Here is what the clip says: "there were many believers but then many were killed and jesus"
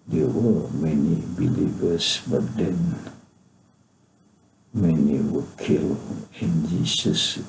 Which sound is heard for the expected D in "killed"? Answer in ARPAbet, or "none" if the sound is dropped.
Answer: none